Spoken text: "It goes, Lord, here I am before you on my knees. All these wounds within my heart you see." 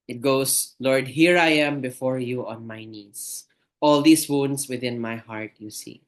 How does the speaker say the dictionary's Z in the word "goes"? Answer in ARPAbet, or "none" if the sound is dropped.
S